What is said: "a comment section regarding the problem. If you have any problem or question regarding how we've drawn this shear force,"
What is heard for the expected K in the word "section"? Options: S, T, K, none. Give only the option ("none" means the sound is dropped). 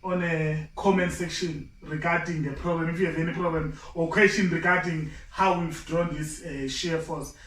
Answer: K